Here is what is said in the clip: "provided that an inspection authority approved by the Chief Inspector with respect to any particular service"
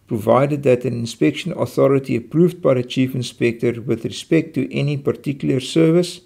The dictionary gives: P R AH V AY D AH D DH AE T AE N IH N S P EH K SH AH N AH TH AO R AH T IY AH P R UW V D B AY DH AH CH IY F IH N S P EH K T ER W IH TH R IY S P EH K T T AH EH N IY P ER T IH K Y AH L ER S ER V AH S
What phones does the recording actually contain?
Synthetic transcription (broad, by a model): P R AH V AY D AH D DH AE T AE N IH N S P EH K SH AH N AH TH AO R AH T IY AH P R UW V D B AY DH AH CH IY F IH N S P EH K T ER W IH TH R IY S P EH K T T EH N IY P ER T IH K Y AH L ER S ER V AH S